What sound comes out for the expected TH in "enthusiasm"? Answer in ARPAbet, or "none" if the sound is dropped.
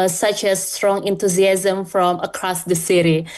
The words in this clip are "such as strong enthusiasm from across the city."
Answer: T